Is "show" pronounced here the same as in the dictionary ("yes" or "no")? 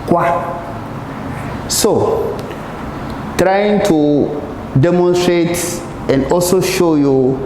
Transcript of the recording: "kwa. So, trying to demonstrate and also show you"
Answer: yes